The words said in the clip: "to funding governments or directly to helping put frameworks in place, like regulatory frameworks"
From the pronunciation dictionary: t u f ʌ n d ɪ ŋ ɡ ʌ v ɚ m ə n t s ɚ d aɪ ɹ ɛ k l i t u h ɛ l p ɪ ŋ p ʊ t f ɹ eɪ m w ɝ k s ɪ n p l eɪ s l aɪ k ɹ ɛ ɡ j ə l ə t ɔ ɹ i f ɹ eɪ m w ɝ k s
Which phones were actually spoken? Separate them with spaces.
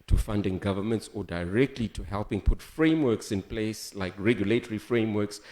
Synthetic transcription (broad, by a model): t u f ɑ n d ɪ ŋ ɡ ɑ v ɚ m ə n t s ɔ d aɪ ɹ ɛ k l i t u h ɛ l p ɪ ŋ p ʊ t f ɹ eɪ m w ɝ k s ɪ n p l eɪ s l aɪ k ɹ ɛ ɡ j ə l ə t ɔ ɹ i f ɹ eɪ m w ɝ k s